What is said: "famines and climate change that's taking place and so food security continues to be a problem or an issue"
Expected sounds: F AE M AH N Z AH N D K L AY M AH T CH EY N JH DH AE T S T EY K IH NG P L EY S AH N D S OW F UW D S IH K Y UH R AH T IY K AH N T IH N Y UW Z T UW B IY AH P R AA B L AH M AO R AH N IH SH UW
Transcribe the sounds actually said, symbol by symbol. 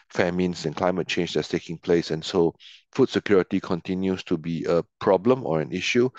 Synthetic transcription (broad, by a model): F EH M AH N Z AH N K L AY M AH T CH EY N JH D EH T S T EY K IH NG P L EY S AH N S OW F UW D S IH K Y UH R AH T IY K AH N T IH N Y UW S T UW B IY AH P R AA B L AH M AO R AH N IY SH UW